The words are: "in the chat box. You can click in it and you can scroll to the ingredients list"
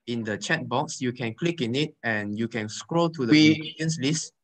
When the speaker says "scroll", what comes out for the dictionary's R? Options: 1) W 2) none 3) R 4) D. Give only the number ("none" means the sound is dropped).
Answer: 3